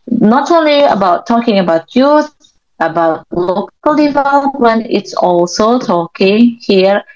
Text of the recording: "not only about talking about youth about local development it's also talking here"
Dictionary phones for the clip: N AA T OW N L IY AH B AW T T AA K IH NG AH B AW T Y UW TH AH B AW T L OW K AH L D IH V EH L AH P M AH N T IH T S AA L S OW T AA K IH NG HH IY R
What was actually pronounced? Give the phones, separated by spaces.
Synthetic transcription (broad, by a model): N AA T OW N L IY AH B AW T T AA K IH NG AH B AW T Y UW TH AH B AW T L OW K AH L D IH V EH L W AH N IH T S AA L S OW T AA K IH NG HH IY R